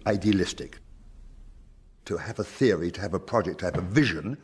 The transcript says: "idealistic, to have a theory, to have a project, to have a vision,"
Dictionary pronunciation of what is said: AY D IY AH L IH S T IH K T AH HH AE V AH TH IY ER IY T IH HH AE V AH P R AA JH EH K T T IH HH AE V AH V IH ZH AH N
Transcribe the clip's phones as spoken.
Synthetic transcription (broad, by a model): AY D IY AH L IH S T IH K T AH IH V AH TH IY ER IY T IH V AH P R AA JH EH K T T IH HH V AH V IH ZH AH N